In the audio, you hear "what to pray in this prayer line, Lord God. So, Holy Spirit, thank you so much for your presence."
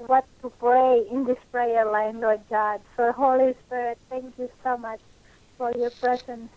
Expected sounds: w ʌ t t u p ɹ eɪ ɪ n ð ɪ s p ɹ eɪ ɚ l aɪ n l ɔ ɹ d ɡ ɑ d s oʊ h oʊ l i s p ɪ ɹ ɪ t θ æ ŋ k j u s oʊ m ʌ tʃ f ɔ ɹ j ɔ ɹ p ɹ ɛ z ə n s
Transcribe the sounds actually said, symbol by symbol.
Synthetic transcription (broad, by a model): w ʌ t t u p ɹ eɪ ɪ n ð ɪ s p ɹ eɪ ɚ l aɪ n l ɔ ɹ d ɡ ɑ d s oʊ h oʊ l i s p ɪ ɹ ɪ t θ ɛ ŋ k j u s oʊ m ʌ tʃ f ɔ ɹ j ɔ ɹ p ɹ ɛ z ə n s